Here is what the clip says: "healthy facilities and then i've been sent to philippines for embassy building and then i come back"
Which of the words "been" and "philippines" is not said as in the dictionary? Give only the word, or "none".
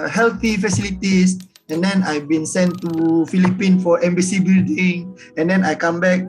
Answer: philippines